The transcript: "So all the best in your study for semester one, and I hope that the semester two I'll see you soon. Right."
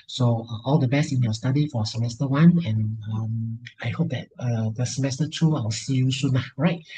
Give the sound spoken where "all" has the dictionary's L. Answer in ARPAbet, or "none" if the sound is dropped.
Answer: L